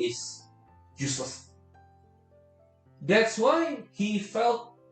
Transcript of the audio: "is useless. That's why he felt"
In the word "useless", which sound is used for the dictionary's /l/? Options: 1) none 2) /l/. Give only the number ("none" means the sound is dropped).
1